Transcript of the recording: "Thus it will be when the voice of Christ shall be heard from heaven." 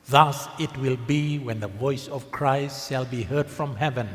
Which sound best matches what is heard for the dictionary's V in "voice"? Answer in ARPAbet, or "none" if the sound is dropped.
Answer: V